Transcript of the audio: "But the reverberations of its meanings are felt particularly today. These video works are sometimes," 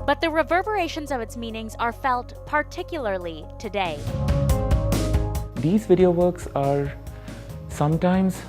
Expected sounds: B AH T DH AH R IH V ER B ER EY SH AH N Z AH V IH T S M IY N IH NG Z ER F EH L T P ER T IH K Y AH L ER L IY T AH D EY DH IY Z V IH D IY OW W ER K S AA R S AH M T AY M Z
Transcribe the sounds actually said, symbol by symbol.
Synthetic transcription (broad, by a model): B AH T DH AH R IH V ER B ER EY SH AH N Z AH V IH T S M IY N IH NG Z ER F EH L T P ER T IH K Y L ER L IY T AH D EY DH IY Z V IH D IY OW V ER K S AA R S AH M T AY M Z